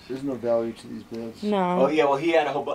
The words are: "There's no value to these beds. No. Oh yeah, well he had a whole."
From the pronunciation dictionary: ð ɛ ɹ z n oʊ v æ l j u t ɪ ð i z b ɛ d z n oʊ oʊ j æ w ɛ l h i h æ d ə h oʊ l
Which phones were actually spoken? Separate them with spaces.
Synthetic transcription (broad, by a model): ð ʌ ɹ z n oʊ v æ l j u t ɪ ð i z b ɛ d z n oʊ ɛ j æ w ɛ l h i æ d ə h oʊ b